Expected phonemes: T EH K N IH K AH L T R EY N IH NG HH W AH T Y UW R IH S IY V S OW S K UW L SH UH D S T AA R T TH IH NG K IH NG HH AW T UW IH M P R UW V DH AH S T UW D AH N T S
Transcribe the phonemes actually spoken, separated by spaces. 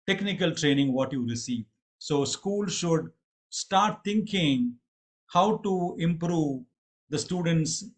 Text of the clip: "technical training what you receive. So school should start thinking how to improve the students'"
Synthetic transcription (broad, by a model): T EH K N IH K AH L T R EY N IH NG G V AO T Y UW R IH S IY V S OW S K UW L SH UH D S T AA R T T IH NG K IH NG HH AW T UW IH M P R UW V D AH S T UW D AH N T S